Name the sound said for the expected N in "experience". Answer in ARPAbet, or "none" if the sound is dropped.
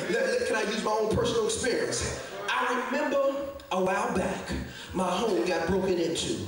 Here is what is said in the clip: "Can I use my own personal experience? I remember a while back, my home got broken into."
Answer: N